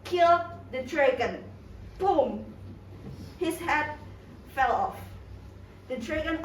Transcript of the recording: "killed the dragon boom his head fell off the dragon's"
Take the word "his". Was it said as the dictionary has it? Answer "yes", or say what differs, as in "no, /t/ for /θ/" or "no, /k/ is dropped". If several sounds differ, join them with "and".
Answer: no, /s/ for /z/